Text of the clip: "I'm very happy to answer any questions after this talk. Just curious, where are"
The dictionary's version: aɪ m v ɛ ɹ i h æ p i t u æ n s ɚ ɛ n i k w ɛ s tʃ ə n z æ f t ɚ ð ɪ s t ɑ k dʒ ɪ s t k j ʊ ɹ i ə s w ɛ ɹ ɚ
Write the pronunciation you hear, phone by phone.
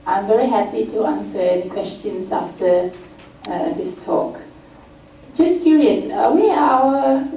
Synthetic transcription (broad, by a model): aɪ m v ɛ ɹ i h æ p i t u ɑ n s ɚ ɛ n i k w ɛ s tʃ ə n s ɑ f t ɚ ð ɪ s t ɑ k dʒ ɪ s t k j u ɹ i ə s w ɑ w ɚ